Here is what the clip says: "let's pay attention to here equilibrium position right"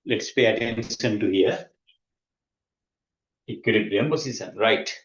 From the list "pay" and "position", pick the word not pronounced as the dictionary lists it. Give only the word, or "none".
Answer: position